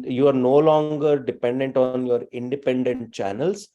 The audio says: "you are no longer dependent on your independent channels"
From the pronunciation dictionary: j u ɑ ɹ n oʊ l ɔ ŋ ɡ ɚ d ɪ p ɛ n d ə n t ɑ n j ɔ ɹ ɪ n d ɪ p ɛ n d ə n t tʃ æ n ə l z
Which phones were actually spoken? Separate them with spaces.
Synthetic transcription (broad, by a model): j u ɑ ɹ n oʊ l ɔ ŋ ɡ ɚ d ɪ p ɛ n d ə n t ɑ n j ɔ ɹ ɪ n d ɪ p ɛ n d ə n t tʃ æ n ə l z